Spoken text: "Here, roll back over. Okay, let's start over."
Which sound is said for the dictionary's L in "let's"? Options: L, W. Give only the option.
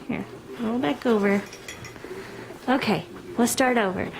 W